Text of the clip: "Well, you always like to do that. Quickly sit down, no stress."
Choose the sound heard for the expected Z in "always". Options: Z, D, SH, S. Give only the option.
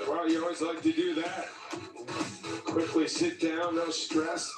Z